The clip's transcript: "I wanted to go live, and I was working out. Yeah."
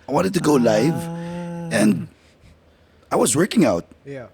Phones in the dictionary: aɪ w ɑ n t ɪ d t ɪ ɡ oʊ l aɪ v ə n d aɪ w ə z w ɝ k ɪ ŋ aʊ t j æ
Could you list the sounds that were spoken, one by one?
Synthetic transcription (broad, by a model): aɪ w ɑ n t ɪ d t ɪ ɡ oʊ l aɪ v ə n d aɪ w ə z w ɝ k ɪ ŋ aʊ t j